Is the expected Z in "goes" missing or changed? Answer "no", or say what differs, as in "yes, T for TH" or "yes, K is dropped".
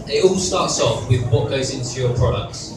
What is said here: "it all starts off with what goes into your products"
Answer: no